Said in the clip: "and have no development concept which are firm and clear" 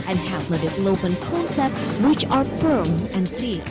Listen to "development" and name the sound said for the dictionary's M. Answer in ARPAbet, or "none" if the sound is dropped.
none